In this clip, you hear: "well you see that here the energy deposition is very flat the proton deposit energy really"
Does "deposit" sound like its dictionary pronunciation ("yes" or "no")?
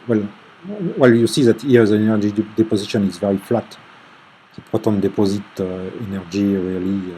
yes